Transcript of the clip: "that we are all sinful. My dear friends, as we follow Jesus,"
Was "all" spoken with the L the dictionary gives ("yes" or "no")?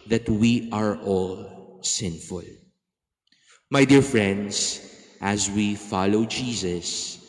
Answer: yes